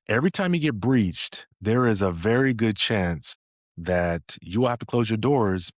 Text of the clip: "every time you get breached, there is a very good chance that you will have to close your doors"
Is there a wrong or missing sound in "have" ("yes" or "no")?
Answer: yes